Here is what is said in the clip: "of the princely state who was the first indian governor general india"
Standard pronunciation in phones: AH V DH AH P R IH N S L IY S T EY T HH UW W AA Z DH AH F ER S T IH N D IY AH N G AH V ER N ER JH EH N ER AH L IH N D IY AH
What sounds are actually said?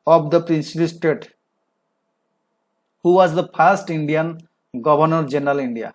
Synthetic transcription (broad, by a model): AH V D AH P R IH N S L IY S T EY T HH UW W AA Z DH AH P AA S T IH N D IY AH N G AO B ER N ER JH EH N ER AH L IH N D IY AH